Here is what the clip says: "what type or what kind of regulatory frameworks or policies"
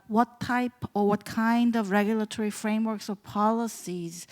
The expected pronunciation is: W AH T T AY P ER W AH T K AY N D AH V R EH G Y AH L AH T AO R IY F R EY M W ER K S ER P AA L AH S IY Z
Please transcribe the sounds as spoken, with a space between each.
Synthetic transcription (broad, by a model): W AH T T AY P ER W AH T K AY N D AH V R EH G Y AH L AH T AO R IY F R EY M W ER K S ER P AA L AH S IY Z